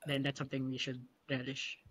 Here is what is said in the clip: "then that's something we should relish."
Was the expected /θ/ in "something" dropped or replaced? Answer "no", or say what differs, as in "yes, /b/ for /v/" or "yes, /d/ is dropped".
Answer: no